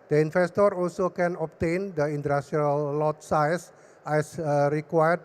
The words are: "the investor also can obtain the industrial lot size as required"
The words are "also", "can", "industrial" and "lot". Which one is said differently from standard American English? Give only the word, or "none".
industrial